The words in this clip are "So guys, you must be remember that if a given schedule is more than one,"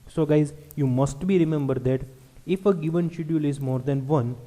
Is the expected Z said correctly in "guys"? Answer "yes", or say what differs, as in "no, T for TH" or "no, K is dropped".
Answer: yes